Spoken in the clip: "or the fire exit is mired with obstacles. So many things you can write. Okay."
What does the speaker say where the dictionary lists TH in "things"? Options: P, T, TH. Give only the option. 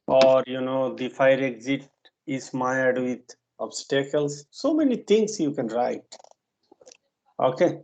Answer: T